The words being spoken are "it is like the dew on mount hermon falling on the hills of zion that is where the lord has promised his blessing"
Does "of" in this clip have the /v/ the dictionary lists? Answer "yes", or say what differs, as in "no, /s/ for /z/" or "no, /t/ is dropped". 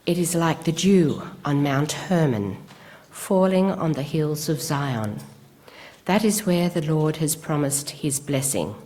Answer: yes